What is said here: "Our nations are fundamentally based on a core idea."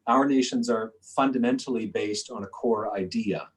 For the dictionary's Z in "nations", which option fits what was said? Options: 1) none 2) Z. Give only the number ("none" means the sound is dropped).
2